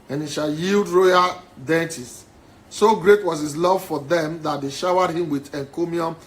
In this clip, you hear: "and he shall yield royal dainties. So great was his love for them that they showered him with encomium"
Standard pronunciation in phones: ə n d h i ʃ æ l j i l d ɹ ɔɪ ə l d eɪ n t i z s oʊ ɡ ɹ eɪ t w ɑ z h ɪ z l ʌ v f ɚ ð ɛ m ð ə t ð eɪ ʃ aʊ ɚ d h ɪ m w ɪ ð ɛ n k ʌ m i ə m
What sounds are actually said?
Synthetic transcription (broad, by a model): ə n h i ʃ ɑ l j i l d ɹ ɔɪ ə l d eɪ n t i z s oʊ ɡ ɹ eɪ t w ɑ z h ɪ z l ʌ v f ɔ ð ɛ m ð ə t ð eɪ ʃ aʊ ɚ d h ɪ m w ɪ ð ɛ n k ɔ m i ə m